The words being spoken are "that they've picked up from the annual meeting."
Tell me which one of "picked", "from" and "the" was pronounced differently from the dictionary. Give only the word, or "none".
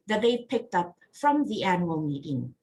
none